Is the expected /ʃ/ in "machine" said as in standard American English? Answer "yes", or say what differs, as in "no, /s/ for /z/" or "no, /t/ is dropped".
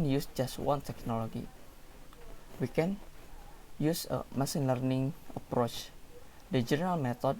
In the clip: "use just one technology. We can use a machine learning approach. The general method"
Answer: no, /s/ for /ʃ/